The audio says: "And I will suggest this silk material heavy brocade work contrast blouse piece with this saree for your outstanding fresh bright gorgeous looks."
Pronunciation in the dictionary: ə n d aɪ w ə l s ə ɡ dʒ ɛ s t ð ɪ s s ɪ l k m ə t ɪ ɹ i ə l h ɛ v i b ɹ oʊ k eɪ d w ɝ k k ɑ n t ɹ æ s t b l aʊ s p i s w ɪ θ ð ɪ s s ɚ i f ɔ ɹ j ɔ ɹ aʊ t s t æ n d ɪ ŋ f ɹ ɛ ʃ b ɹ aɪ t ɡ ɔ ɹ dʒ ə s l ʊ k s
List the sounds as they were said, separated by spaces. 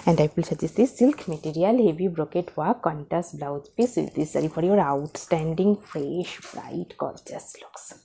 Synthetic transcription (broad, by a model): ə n d aɪ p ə l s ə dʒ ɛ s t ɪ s s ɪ l k m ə t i ɹ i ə l h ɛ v i b ɹ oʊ k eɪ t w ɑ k k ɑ n t æ s b l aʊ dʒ p i s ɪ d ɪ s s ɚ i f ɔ ɹ j ɔ ɹ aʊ t s t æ n d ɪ ŋ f ɹ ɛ ʃ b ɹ aɪ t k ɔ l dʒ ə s l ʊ k s